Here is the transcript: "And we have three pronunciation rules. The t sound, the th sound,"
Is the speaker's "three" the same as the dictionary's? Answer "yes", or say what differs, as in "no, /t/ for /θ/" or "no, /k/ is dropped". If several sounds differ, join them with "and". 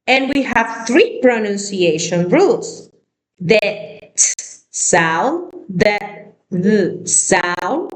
yes